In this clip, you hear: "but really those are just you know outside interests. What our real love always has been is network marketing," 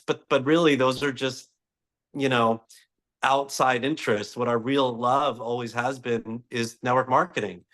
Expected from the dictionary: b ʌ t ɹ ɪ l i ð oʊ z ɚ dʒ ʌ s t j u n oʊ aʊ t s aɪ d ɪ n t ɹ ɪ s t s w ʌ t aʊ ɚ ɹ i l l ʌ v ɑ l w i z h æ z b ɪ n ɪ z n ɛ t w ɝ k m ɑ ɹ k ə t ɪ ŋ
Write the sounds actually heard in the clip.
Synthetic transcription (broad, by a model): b ʌ t ɹ ɪ l i ð oʊ z ɚ dʒ ʌ s t j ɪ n oʊ aʊ t s aɪ d ɪ n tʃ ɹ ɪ s t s w ʌ t aʊ ɚ ɹ i l l ʌ v ɑ l w i z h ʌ z b ɪ n ɪ z n ɛ t w ɝ k m ɑ ɹ k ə t ɪ ŋ